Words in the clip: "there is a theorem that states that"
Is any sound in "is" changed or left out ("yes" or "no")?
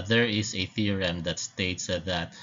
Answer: yes